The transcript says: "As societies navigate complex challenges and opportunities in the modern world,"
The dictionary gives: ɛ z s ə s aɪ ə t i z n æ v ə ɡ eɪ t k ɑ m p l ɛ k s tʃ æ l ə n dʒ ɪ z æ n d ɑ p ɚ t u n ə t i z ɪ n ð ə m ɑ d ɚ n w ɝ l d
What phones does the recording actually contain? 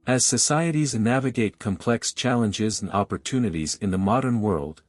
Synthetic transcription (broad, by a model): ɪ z s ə s aɪ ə t i z n æ v ə ɡ eɪ t k ɑ m p l ɛ k s tʃ æ l ə n dʒ ɪ z n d ɑ p ɚ t u n ə t i z ɪ n ð ə m ɑ d ɚ n w ɝ l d